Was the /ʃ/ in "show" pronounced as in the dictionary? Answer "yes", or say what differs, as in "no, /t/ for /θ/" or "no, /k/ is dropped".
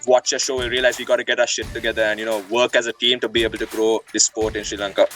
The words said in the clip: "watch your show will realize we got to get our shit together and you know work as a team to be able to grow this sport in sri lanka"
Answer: yes